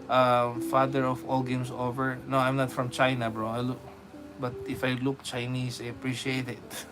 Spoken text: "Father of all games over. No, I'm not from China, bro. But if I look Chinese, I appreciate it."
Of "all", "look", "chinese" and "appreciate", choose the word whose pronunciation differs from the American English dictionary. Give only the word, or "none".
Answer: chinese